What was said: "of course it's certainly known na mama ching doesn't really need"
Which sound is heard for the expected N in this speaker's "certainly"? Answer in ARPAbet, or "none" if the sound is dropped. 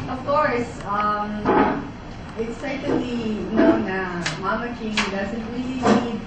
none